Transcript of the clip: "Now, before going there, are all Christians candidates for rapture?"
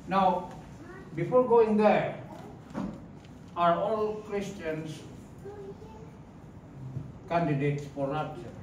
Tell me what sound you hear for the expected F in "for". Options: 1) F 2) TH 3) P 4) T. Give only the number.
3